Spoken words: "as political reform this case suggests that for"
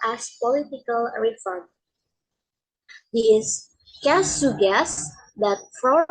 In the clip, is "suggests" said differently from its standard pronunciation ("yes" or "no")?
yes